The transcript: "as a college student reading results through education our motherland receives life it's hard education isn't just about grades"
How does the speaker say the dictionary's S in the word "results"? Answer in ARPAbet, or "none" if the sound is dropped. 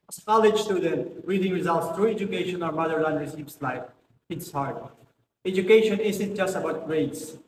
S